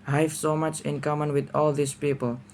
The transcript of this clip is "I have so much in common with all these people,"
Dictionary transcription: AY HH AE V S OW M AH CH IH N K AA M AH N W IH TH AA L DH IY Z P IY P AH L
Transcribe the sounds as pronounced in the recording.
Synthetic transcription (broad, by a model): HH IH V S OW M AH CH IH N K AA M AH N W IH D AA L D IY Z P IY P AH L